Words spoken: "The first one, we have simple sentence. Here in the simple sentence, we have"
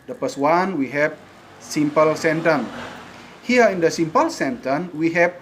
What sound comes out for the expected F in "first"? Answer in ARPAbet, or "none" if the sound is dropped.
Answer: P